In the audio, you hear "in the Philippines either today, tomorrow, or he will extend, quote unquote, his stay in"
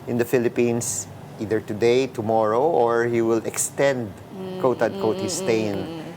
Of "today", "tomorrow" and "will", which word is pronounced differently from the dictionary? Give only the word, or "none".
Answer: none